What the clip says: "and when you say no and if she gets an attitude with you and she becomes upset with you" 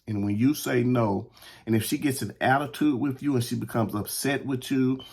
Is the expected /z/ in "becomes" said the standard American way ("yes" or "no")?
yes